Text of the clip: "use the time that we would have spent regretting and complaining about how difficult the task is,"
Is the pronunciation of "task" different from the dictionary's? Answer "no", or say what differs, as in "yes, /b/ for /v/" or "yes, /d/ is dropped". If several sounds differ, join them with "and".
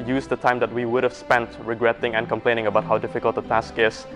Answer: no